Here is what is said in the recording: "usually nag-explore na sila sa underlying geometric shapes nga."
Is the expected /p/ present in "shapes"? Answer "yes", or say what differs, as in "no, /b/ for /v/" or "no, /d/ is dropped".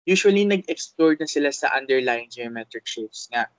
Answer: no, /p/ is dropped